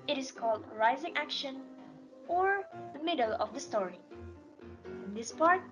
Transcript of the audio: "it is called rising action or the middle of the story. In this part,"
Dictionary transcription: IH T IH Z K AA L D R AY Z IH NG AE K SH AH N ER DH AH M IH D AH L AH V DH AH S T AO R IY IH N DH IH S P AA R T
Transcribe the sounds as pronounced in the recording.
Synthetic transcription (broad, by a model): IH T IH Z K AA L D R AY Z IH NG AE K SH AH N ER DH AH M IH D AH L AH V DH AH S T AO R IY IH N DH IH S P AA R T